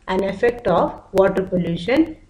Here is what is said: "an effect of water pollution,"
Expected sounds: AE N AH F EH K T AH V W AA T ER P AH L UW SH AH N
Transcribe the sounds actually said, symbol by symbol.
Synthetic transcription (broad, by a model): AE N AH F EH K T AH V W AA T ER P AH L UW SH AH N